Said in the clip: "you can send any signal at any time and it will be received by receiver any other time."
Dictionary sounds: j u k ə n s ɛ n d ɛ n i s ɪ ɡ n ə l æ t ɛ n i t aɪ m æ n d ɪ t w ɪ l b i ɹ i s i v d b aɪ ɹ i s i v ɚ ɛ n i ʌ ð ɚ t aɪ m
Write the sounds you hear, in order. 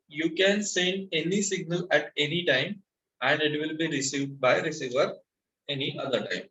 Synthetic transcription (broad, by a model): j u k ə n s ɛ n d ɛ n i s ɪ ɡ n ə l æ t ɛ n i t aɪ m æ n d ɪ t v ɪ l b i ɹ i s i v d b aɪ ɹ i s i v ɚ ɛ n i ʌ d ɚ t aɪ m